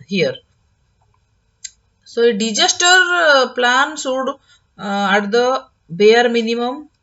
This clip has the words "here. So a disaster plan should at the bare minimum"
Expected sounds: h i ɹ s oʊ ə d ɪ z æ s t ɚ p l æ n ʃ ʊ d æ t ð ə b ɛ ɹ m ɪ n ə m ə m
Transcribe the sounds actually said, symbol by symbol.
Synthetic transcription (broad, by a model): h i ɹ s oʊ ə d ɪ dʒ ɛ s t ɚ p l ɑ n s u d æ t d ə b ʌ ɹ m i n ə m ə m